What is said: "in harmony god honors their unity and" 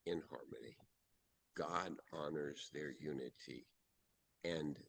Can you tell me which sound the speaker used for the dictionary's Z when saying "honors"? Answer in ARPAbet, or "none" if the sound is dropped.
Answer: Z